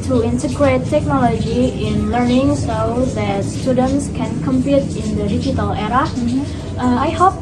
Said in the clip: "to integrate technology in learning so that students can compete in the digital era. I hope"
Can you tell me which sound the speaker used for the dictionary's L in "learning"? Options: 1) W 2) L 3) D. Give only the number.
2